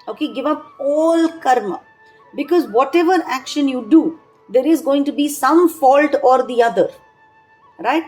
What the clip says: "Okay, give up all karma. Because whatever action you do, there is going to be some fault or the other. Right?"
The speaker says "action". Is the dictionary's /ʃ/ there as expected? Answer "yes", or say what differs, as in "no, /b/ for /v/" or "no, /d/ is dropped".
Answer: yes